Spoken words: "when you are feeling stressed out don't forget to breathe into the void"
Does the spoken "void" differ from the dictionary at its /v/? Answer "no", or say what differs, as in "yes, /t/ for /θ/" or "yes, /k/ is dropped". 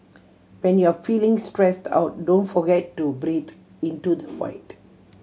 yes, /f/ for /v/